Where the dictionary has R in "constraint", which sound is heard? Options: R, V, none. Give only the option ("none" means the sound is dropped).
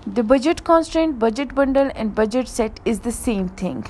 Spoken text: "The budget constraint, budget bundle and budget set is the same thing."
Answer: R